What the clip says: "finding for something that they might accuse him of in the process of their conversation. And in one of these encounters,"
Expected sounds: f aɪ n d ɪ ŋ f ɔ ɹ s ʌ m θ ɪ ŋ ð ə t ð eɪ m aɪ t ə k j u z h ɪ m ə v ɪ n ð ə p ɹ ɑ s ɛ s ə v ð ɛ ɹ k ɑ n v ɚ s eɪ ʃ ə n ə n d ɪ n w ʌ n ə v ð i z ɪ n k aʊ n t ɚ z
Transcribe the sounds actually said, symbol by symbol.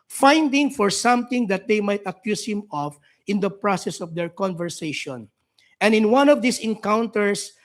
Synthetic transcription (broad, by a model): f aɪ n d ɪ ŋ f ɔ ɹ s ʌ m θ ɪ ŋ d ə t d eɪ m aɪ t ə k j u s h ɪ m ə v ɪ n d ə p ɹ ɑ s ɛ s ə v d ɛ ɹ k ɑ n v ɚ s eɪ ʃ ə n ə n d ɪ n w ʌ n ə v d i s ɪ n k aʊ n t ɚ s